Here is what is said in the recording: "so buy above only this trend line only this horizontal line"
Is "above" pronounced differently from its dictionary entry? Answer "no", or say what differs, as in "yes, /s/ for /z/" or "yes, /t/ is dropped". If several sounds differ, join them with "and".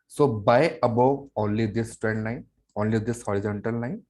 yes, /v/ is dropped